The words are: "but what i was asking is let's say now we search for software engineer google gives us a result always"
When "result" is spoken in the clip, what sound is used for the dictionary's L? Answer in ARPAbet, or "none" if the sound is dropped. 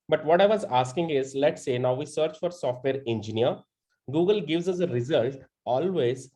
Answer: L